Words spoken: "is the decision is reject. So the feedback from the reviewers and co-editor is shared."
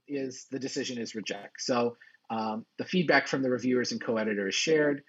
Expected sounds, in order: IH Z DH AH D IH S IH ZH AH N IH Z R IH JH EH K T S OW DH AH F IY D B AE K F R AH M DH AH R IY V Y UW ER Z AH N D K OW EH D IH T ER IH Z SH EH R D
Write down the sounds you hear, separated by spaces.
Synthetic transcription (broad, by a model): IH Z DH AH D IH S IH ZH AH N IH Z R IH JH EH K T S OW DH AH F IY D B AE K F R AH M DH AH R IY V Y UW ER Z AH N K OW EH D IH T ER IH Z SH EH R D